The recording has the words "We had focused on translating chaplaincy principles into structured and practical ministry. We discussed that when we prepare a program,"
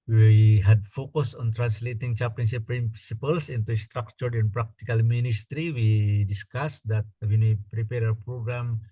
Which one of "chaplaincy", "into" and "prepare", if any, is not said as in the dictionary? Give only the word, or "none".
chaplaincy